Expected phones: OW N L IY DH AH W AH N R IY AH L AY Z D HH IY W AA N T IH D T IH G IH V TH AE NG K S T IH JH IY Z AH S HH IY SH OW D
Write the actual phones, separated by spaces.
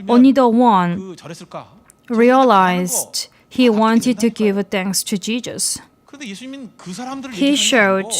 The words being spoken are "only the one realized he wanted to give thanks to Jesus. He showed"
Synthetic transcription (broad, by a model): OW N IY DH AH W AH N R IY AH L AY Z D HH IY W AA N T IH D T IH G IH V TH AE NG K S T IH JH IY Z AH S HH IY SH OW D